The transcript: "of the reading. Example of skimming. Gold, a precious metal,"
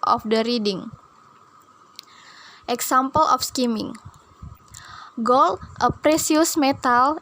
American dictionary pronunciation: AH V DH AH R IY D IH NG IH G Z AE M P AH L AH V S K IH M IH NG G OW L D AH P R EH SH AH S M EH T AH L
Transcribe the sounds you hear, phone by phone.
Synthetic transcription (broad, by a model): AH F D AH R IY D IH NG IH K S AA M P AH L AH F S K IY M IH NG G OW L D AH P R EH S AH S M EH T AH L